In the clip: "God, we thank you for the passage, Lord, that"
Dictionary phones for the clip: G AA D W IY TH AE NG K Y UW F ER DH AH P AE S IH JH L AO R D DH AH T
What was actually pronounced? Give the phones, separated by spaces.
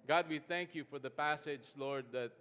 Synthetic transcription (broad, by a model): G AA D W IY TH AE NG K Y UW F ER DH AH P AE S IH JH L AO R D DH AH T